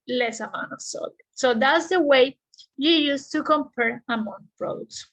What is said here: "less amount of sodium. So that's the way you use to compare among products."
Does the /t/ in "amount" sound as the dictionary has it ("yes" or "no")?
no